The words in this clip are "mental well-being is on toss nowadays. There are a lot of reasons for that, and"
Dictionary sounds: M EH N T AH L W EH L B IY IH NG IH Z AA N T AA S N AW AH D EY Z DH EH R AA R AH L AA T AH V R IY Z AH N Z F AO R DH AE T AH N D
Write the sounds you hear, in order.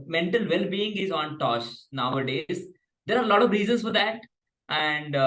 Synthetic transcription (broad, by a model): M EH N T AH L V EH L B IY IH NG IH Z AA N T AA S N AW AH D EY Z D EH R AA R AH L AA T AH V R IY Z AH N S F AO R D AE T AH N D